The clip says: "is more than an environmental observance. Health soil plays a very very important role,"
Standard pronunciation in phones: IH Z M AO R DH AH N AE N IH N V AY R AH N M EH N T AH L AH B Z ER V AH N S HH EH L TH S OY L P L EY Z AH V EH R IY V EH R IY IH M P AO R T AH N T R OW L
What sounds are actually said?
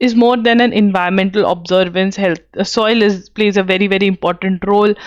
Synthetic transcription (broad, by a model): IH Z M AO R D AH N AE N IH N V AY AH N M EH N T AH L AH B Z ER V AH N S HH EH L T S OY L P L EY Z AH V EH R IY V EH R IY IH M P AO R T AH N T R OW L